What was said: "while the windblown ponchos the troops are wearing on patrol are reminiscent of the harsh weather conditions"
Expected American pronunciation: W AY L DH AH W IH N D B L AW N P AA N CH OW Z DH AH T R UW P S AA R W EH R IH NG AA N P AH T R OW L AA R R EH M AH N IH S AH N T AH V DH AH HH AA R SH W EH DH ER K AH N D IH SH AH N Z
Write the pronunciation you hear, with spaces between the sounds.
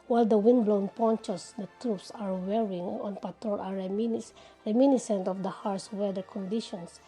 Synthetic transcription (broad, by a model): W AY L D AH W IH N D B L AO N P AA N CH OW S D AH T R UW P S AA R W EH R IH NG AA N P AH T R OW L AA R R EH M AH N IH S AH N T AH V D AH HH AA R S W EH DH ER K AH N D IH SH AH N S